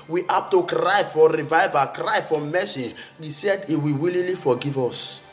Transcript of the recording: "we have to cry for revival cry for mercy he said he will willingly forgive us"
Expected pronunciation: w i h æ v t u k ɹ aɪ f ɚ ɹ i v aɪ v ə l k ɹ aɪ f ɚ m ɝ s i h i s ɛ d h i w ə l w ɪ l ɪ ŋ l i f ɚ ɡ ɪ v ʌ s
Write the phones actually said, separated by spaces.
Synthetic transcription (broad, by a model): w i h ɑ p t u k ɹ aɪ f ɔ ɹ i v aɪ v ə k ɹ aɪ f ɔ m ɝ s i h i s ɛ d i w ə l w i l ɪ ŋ l i f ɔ ɡ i v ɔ s